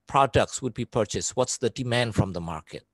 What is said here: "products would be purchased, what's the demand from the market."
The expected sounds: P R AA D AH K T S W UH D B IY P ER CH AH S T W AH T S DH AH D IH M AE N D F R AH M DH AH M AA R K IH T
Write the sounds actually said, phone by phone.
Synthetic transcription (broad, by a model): P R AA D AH K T S W UH D B IY P ER CH AH S T W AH T S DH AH D IH M AE N D F R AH M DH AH M AA R K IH T